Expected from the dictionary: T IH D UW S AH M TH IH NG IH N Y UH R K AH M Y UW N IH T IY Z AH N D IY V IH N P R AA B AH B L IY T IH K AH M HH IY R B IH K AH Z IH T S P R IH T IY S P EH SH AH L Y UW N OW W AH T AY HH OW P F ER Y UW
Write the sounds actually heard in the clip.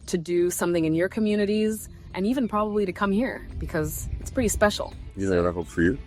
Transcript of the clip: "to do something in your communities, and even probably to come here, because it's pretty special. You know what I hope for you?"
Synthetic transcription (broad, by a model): T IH D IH S AH M TH IH NG IH N Y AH R K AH M Y UW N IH T IY Z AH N IY V IH N P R AA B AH B L IY T IH K AH M HH IY R B IH K AH Z IH T S P R IH T IY S P EH SH L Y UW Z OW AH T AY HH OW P F ER Y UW